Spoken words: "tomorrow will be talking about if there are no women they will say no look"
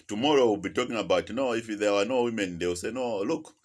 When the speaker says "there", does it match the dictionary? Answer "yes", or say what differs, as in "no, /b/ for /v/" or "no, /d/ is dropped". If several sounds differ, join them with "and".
no, /w/ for /ɹ/